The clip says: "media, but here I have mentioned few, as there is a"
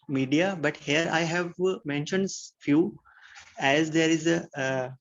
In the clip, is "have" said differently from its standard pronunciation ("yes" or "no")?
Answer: no